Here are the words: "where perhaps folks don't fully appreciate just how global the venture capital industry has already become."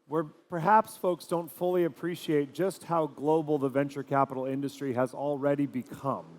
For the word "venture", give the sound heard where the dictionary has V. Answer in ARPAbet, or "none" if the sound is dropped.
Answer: V